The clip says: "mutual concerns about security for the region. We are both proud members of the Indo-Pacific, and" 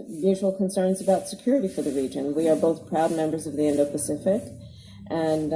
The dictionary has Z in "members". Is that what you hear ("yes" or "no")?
yes